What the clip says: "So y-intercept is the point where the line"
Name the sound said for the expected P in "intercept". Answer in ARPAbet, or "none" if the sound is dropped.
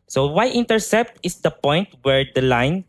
P